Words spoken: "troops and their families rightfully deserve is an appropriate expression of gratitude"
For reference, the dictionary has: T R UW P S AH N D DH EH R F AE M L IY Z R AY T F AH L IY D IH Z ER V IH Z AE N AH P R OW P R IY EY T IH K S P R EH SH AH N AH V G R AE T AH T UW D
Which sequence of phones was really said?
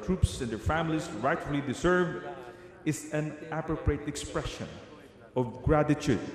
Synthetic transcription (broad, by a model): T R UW P S AH N D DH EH R F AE M L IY S R AY T F AH L IY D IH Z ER V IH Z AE N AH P R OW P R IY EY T IH K S P R EH SH AH N AH V G R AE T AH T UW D